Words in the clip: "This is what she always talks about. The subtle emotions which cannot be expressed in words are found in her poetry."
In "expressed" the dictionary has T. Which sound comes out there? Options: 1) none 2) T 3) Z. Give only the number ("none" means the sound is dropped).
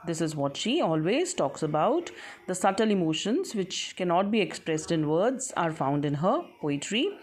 2